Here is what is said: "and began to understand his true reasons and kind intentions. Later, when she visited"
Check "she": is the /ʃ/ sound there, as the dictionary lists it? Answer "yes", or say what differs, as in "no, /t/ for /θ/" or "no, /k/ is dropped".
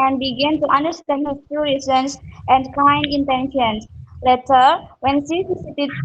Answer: no, /s/ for /ʃ/